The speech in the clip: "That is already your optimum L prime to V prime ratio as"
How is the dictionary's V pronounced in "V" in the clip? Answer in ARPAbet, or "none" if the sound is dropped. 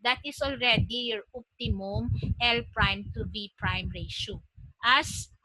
B